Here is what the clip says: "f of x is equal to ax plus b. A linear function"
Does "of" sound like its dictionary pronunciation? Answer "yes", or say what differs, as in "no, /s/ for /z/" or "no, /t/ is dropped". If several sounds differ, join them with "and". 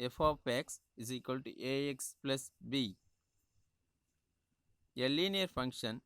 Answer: no, /p/ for /v/